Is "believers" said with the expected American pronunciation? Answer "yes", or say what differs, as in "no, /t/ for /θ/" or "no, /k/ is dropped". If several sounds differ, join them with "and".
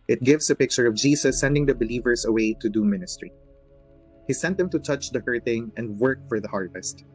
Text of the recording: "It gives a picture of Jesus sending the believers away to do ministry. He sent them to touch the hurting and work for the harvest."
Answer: no, /s/ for /z/